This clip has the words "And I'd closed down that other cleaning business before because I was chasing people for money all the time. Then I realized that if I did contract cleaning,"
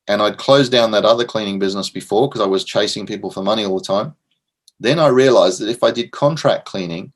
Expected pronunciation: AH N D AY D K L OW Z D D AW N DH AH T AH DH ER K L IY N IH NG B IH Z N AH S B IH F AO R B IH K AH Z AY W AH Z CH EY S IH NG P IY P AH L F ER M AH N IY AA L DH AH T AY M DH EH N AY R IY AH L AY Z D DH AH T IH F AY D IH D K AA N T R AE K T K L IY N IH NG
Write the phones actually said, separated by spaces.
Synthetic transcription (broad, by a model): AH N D AY D K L OW Z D D AW N DH AH T AH DH ER K L IY N IH NG B IH Z N AH S B IH F AO R K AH Z AY W AH Z CH EY S IH NG P IY P L F ER M AH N IY AA L DH AH T AY M DH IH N AY R IY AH L AY Z DH AH T IH F AY D IH D K AA N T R AE K K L IY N IH NG